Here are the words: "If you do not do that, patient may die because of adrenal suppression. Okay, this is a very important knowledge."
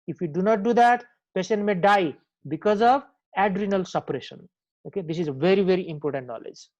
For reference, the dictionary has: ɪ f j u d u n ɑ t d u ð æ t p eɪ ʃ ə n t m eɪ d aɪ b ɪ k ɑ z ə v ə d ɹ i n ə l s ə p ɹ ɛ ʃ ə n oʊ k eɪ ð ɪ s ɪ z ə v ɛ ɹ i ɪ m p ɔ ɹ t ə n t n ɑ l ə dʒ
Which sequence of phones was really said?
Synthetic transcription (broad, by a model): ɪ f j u d u n ɑ t d u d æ t p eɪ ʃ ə n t m eɪ d aɪ b ɪ k ɑ z ə v ə d ɹ i n ə l s ə p ɹ ɛ ʃ ə n oʊ k eɪ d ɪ s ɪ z ə v ɛ ɹ i ɪ m p ɔ ɹ t ə n t n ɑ l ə dʒ